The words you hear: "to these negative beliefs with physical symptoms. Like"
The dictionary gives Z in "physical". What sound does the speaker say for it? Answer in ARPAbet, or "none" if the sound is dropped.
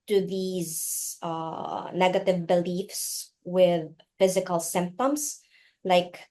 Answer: Z